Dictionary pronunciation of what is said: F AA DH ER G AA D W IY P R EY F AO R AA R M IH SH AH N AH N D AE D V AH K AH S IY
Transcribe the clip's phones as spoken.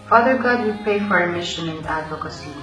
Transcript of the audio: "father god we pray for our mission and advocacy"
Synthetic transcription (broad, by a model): F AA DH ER G AA D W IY P EY F AO R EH M IH SH AH N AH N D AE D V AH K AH S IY